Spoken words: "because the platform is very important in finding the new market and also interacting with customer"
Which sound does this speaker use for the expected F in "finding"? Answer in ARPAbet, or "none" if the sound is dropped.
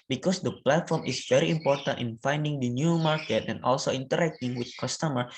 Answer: F